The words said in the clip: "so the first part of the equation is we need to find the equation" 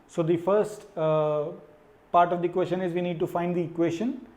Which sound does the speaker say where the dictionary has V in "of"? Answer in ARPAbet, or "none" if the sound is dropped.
V